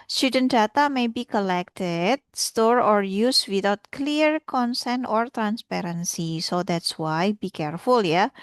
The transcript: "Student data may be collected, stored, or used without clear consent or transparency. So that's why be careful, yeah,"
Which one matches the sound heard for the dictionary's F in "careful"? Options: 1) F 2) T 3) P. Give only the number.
1